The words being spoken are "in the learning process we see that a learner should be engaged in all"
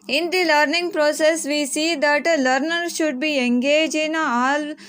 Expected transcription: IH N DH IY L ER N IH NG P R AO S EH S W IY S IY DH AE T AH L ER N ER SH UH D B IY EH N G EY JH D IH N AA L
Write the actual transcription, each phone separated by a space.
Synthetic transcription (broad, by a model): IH N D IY L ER N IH NG P R AO S EH S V IY S IY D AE T L ER N ER SH UH D B IY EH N G EY JH IH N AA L